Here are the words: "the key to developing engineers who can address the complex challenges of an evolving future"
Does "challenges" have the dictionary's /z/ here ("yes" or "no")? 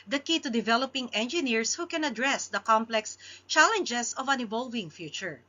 no